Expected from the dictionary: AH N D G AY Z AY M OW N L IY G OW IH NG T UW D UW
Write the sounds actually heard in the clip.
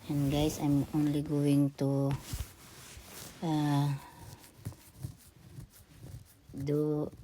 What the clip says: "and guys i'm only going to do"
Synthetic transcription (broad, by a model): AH N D G AY S AY M OW N L IY G OW IH NG T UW D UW